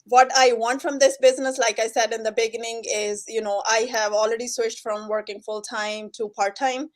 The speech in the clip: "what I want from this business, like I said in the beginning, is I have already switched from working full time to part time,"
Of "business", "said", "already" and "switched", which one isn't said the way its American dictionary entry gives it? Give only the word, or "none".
switched